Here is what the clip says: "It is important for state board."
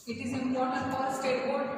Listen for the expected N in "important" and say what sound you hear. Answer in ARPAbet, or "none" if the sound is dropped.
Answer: none